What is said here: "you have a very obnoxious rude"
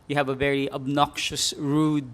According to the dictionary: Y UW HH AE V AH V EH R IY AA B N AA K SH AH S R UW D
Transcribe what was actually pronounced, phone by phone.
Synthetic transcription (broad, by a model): Y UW HH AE V AH V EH R IY AA B N AA K SH AH S R UW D